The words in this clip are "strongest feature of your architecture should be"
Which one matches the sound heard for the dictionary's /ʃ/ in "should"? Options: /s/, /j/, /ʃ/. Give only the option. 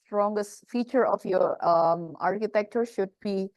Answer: /ʃ/